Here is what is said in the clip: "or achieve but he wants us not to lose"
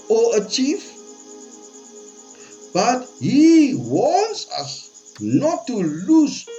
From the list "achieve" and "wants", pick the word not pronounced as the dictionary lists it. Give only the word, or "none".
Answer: achieve